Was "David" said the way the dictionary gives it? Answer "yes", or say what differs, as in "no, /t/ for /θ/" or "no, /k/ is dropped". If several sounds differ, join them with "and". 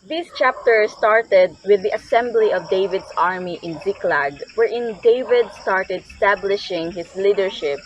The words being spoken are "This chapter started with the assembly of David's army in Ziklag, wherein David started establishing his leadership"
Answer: yes